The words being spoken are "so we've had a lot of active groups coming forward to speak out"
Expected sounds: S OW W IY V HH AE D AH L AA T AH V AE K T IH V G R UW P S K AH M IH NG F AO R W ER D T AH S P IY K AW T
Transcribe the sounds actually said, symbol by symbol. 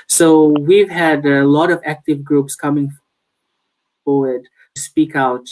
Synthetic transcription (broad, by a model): S OW W IY V HH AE D AH L AA T AH V AE K T IH V G R UW P S K AH M IH NG F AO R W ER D S P IY K AW T